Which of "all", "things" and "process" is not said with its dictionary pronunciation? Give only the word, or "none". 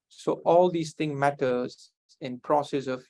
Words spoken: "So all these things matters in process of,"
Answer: things